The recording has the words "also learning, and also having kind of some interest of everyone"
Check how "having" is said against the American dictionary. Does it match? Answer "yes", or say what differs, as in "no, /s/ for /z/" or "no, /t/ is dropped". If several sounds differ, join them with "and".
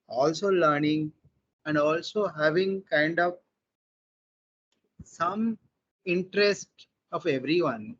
yes